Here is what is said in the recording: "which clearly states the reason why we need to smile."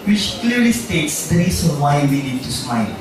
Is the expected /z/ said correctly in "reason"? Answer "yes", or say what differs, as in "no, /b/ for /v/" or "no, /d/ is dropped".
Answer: no, /s/ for /z/